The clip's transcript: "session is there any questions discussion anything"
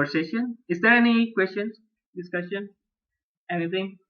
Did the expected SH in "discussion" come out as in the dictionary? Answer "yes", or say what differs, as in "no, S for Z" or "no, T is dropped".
no, S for SH